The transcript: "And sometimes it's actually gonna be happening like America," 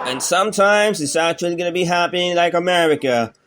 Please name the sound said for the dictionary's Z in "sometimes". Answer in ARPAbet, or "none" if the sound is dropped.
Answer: Z